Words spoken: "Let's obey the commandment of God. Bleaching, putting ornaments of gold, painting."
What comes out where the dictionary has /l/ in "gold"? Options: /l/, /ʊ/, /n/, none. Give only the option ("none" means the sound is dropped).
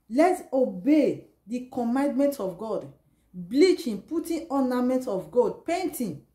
none